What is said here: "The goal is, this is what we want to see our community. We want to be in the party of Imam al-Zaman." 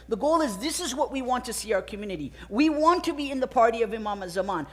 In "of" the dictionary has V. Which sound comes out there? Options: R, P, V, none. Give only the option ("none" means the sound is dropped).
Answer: V